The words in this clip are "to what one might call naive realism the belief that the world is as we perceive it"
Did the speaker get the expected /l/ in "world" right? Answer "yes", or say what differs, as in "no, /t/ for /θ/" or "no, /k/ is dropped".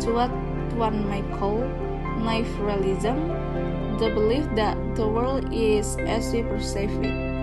yes